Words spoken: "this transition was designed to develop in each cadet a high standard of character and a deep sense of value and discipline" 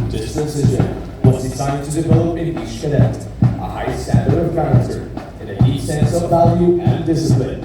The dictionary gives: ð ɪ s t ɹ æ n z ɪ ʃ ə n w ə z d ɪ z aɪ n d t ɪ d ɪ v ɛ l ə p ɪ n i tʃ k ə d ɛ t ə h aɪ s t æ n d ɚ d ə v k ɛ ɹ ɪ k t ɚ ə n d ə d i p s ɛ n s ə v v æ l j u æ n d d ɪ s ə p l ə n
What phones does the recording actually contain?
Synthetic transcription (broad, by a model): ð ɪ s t æ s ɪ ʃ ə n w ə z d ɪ s aɪ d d t ɪ d ɪ v ɛ l ə p ɪ n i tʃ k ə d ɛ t ə h aɪ s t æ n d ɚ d ə v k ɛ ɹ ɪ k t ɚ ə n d ə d i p s ɛ n s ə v v æ l j u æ n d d ɪ s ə p l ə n